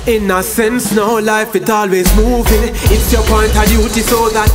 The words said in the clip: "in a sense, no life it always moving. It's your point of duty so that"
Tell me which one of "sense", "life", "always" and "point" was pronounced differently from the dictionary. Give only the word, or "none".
none